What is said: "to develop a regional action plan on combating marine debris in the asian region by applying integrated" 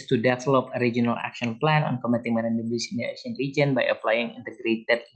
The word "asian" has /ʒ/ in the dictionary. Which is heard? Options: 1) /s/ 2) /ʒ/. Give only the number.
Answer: 1